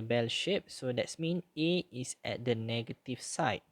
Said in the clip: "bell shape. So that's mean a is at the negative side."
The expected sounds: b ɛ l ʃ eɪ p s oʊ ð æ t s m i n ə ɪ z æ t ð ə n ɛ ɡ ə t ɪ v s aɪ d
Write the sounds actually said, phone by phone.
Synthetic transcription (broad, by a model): b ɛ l ʃ eɪ p s oʊ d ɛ t s m i n ə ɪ s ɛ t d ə n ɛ ɡ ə t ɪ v s aɪ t